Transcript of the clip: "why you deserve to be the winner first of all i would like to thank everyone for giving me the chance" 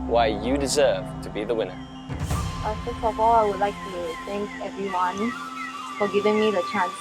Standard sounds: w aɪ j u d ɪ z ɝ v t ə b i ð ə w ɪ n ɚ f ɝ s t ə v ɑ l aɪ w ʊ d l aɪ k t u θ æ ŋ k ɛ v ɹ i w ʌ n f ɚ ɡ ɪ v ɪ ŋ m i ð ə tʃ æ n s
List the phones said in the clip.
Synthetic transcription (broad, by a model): w aɪ j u d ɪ z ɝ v t ə b i ð ə w ɪ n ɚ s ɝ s ə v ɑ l aɪ w ʊ d l aɪ k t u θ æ ŋ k ɛ v ɹ i w ʌ n f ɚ ɡ ɪ v ɪ ŋ m i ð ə tʃ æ n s